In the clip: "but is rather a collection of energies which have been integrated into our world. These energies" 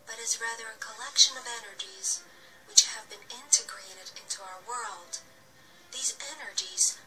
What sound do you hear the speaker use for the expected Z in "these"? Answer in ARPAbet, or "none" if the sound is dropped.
Z